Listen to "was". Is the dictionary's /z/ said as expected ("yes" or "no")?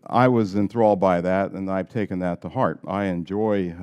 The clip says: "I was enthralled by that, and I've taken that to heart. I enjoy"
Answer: yes